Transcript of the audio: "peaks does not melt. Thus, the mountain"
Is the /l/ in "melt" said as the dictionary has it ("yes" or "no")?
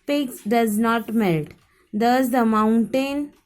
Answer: yes